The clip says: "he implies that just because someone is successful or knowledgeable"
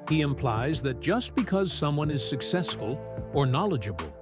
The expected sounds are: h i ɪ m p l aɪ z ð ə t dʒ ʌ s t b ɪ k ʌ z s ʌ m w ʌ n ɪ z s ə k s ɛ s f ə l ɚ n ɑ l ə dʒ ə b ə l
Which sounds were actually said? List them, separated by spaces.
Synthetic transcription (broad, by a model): h i ɪ m p l aɪ z ð ə t dʒ ʌ s t b ɪ k ʌ z s ʌ m w ʌ n ɪ z s ə k s ɛ s f ə l ɚ n ɑ l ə dʒ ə b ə l